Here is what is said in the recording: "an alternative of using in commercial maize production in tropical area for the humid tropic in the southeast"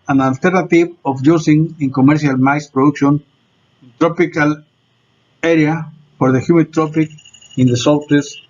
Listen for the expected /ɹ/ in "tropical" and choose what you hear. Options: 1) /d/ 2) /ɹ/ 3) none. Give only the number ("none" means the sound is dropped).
2